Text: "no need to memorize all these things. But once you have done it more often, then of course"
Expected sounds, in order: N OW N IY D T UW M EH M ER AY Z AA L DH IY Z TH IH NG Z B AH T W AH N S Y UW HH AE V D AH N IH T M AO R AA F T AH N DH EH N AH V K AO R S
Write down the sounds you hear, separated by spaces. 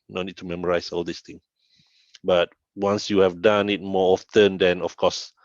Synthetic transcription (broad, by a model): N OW N IY D T UW M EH M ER AY S AA L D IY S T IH NG B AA T W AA N S Y UW HH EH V D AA N IH T M AO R AA F T AH N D EH N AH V K AO S